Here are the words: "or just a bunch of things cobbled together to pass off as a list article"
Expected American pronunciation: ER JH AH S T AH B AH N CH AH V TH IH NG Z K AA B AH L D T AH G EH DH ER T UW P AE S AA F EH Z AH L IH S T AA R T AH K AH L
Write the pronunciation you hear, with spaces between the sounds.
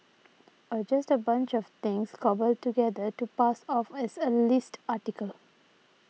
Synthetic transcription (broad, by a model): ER JH AH S T AH B AH N CH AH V T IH NG S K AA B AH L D T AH G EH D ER T UW P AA S AA F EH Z AH L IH S T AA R T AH K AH L